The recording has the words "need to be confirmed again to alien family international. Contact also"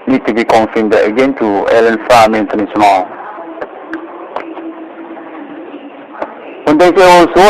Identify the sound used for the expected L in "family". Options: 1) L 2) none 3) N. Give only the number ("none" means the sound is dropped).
2